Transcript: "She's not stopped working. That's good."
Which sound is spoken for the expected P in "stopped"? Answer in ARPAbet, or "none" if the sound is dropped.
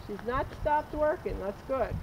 P